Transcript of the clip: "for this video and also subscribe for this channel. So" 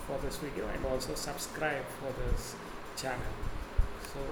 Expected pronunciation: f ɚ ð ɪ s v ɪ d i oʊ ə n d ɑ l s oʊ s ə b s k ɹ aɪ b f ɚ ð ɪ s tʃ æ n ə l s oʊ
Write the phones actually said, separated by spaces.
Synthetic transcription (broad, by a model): f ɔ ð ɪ s w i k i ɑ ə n ɑ l s oʊ s ə b s k ɹ aɪ b f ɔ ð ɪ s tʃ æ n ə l s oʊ